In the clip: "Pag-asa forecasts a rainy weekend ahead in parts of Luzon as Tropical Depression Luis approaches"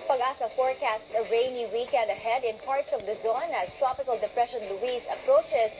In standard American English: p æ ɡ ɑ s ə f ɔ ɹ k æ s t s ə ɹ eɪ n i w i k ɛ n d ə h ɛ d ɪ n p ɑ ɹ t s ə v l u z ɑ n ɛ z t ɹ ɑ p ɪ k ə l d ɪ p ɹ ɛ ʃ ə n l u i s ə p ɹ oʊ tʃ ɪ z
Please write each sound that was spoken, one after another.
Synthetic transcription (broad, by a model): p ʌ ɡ ɑ s ə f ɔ ɹ k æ s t ə ɹ eɪ n i w i k ɛ n d ə h ɛ d ɪ n p ɑ ɹ t s ə v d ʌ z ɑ n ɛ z t ɹ ɑ p ɪ k ə l d ɪ p ɹ ɛ ʃ ə n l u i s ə p ɹ oʊ tʃ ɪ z